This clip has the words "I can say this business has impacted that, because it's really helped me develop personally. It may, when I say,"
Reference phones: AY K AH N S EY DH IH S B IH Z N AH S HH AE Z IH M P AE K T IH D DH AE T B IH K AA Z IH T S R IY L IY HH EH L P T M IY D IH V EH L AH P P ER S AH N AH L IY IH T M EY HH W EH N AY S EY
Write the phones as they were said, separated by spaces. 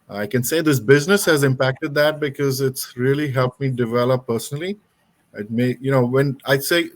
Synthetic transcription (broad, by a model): AY K AH N S EY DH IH S B IH Z N AH S HH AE Z IH M P AE K T IH D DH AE T B IH K AA Z IH T S R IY L IY HH EH L P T M IY D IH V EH L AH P P ER S AH N AH L IY IH T M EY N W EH N AY S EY